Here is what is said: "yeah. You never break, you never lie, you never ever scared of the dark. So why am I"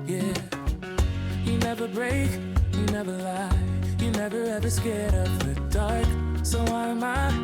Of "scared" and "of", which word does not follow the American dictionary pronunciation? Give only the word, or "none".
of